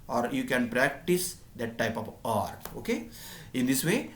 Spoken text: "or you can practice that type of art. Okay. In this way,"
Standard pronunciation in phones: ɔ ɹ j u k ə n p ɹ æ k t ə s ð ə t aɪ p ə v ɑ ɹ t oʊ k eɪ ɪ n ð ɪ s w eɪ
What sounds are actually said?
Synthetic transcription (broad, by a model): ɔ ɹ j u k ə n p ɹ æ k t ə s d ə t aɪ p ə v ɑ ɹ t oʊ k eɪ ɪ n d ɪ s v eɪ